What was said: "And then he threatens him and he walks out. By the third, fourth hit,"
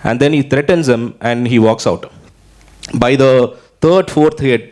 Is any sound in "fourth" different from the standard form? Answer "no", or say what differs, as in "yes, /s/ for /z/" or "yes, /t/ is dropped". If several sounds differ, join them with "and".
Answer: yes, /t/ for /θ/